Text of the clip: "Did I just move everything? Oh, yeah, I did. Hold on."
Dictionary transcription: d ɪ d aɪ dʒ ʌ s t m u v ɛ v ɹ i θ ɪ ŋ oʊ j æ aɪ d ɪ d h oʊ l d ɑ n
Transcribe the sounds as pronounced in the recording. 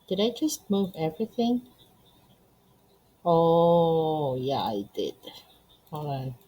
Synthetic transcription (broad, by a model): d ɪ d aɪ dʒ ʌ s t m u v ɛ v ɹ i θ ɪ ŋ oʊ j æ aɪ d ɪ d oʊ l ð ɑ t